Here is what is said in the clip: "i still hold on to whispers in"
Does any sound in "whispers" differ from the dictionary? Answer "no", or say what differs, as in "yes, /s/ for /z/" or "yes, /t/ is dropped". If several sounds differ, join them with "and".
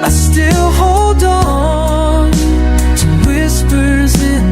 no